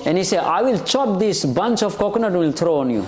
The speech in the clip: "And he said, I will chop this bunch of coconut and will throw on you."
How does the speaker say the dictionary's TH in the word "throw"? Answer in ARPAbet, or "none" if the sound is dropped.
T